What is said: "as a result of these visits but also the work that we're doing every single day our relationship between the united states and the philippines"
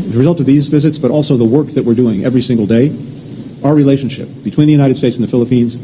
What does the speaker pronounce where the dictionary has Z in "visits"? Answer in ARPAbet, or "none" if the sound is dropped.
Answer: Z